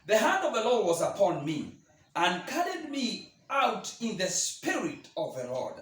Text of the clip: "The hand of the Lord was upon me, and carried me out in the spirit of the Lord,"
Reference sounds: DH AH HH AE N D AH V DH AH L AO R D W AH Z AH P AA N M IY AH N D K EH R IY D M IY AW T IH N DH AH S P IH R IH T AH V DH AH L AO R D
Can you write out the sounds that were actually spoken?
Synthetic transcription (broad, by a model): DH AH HH AE N D AH V DH AH L AO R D W AH Z AH P AA N M IY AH N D K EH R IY D M IY AW T IH N DH AH S P IH R IH T AH V DH AH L AO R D